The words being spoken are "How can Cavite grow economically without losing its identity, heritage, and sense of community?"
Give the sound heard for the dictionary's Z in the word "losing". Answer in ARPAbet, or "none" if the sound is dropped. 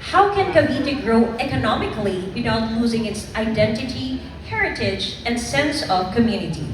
Z